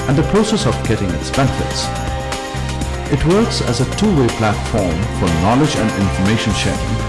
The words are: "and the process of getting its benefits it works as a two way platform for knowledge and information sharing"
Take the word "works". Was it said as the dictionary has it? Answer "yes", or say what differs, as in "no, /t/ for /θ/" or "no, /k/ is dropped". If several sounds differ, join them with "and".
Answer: yes